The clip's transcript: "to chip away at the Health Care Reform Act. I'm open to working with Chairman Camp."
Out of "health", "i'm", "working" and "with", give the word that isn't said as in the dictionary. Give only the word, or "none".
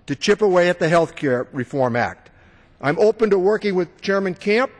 none